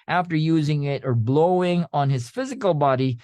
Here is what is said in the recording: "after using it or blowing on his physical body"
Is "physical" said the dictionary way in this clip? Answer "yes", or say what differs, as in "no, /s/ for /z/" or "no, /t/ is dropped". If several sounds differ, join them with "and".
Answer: yes